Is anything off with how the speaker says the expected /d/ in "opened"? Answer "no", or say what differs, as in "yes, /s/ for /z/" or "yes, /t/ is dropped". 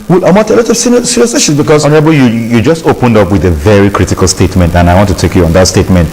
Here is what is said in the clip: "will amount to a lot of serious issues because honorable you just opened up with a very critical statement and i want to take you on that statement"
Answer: no